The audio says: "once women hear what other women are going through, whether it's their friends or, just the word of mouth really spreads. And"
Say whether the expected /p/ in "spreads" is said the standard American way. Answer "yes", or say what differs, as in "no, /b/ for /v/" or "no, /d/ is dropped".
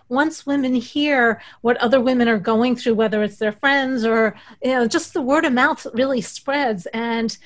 yes